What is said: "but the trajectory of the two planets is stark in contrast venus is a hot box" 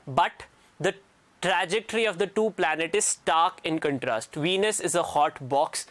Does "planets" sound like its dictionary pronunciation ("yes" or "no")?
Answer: no